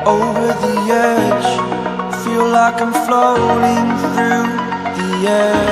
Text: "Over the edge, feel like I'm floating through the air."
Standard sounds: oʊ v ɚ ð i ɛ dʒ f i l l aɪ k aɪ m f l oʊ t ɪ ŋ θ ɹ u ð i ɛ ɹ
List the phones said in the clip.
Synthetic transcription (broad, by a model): oʊ v ɚ ð i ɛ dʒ f i l l aɪ k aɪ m f l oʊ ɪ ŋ θ ɹ u ð i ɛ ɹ